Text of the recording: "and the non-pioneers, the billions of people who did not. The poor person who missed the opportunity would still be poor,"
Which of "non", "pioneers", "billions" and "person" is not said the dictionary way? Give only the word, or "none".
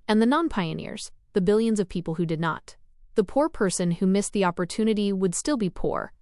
none